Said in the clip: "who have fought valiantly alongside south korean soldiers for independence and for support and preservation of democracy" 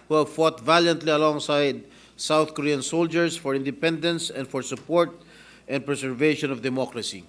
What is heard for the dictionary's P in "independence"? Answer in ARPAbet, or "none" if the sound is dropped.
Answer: P